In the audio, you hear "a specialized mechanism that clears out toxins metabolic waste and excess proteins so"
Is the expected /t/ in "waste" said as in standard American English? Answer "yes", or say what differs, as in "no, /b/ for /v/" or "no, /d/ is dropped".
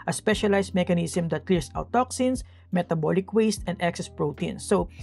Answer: yes